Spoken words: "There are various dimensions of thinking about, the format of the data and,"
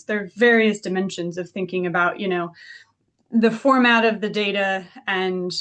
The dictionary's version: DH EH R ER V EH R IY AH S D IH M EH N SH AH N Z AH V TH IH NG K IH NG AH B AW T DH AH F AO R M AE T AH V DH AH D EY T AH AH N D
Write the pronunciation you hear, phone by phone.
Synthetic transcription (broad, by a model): DH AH R V EH R IY AH S D IH M EH N SH AH N Z AH V TH IH NG K IH NG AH B AW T DH AH F AO R M AE T AH V DH AH D EY T AH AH N